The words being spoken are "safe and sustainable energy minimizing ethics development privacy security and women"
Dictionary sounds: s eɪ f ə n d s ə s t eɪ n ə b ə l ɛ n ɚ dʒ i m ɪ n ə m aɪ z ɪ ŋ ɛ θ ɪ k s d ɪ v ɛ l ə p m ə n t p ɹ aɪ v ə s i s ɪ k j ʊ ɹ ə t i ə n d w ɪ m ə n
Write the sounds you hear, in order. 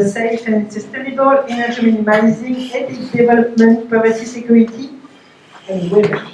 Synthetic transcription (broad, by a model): s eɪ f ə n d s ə s t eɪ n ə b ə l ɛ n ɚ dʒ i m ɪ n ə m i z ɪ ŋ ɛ t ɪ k d ɪ v ɛ l ə p m ə n t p aɪ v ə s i s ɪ k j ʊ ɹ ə t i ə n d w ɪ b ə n